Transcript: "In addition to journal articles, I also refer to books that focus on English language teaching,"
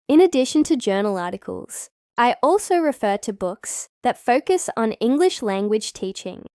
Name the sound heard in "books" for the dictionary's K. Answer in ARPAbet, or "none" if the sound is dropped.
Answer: K